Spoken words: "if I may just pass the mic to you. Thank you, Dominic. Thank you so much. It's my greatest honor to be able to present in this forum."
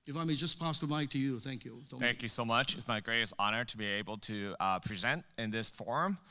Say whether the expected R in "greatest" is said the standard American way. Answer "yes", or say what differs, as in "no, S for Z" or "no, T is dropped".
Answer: yes